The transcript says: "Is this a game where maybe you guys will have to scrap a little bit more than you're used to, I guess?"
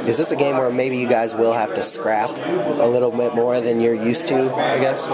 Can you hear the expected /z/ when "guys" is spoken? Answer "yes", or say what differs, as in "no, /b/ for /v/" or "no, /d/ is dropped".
yes